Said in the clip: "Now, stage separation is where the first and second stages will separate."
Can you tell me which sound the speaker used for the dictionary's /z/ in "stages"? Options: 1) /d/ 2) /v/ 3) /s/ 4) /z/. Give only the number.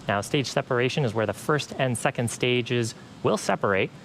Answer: 4